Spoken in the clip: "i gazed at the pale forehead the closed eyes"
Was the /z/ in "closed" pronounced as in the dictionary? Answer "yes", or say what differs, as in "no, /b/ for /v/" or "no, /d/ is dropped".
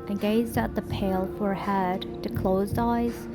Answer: yes